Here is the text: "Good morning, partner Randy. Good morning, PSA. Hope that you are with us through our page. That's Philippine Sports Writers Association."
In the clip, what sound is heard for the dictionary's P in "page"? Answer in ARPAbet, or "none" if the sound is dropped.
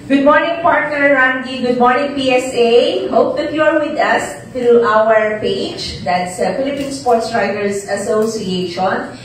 P